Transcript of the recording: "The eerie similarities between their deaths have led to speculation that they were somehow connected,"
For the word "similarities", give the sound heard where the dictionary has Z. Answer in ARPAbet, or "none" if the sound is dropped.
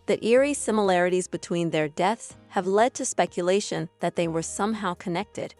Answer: Z